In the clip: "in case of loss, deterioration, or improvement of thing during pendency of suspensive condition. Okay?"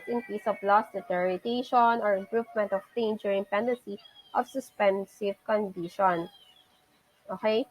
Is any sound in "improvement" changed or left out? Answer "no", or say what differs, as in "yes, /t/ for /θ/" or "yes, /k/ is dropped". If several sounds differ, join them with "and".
yes, /p/ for /v/